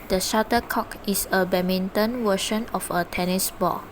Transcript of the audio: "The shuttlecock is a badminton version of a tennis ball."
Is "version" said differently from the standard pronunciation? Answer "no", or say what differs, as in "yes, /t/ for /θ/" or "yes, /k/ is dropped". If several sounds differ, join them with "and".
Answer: yes, /w/ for /v/ and /ʃ/ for /ʒ/